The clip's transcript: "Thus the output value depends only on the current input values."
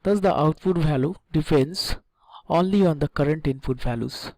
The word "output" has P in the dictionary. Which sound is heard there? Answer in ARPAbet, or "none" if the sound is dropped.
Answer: F